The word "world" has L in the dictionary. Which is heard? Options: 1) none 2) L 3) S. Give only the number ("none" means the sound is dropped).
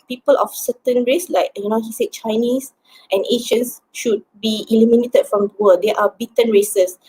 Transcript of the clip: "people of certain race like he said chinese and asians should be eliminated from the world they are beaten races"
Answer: 1